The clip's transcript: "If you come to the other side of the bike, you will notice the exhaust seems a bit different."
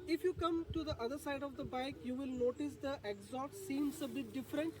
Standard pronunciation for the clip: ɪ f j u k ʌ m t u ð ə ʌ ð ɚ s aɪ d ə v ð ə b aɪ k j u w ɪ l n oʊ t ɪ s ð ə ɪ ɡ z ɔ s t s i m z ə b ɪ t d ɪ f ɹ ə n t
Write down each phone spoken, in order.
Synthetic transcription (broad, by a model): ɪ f j u k ʌ m t u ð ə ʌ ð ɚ s aɪ d ə v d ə b aɪ k j u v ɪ l n oʊ t ɪ s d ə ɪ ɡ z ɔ t s i m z ə b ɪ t d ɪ f ɹ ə n t